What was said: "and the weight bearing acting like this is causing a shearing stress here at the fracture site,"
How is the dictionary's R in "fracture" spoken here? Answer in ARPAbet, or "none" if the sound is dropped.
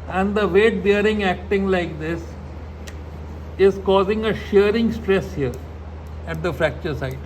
R